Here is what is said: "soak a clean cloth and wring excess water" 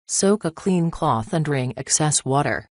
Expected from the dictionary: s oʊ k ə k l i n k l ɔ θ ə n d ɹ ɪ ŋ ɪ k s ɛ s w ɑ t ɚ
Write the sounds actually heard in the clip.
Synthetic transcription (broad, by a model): s oʊ k ə k l i n k l ɔ θ ə n d ɹ ɪ ŋ ɪ k s ɛ s w ɑ t ɚ